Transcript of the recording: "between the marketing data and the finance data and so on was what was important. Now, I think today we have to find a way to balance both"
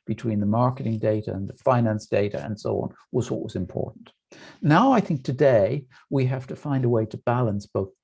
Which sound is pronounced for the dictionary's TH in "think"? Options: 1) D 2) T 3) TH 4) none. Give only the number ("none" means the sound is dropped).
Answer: 3